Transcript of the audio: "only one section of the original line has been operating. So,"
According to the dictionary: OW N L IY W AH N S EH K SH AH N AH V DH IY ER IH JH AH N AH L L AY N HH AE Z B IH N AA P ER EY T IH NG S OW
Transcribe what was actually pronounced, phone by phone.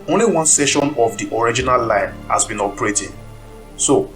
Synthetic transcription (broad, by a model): OW N L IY W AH N S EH SH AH N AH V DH IY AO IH JH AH N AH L L AY N HH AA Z B IH N AA P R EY T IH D S OW